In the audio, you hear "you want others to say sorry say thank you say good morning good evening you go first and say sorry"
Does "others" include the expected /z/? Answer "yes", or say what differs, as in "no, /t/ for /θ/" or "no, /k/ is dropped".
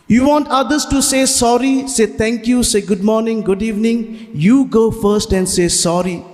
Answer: no, /s/ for /z/